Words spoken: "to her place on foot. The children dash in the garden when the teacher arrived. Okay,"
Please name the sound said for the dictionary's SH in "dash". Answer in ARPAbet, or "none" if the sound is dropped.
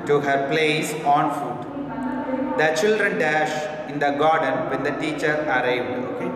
SH